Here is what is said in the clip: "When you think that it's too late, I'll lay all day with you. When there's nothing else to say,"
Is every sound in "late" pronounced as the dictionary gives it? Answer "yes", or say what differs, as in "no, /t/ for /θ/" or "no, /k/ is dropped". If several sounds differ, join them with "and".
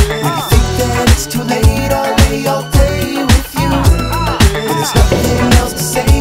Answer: yes